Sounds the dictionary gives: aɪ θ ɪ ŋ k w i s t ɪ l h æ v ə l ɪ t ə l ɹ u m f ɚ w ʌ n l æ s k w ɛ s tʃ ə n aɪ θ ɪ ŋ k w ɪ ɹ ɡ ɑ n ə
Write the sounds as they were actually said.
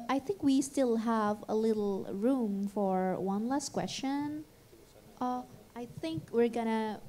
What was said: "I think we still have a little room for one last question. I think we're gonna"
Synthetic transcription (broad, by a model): aɪ θ ɪ ŋ k w i s t ɪ l h æ v ə l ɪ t l ɹ u m f ɚ w ʌ n l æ s k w ɛ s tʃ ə n aɪ θ ɪ ŋ k w ɪ ɹ ɡ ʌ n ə